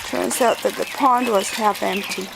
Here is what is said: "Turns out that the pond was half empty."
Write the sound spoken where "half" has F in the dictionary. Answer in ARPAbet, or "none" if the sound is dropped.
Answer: F